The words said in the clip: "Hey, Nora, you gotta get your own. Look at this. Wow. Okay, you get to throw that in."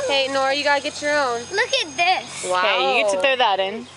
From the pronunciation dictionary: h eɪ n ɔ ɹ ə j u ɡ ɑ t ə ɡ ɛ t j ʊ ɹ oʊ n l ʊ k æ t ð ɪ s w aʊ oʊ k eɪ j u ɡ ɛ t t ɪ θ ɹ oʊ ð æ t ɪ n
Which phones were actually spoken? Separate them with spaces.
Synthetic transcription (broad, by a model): h eɪ n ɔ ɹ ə j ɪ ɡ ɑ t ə ɡ ɛ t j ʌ ɹ oʊ n l ʊ k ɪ t ð ɪ s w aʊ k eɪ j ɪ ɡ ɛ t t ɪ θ oʊ ð æ t ɪ n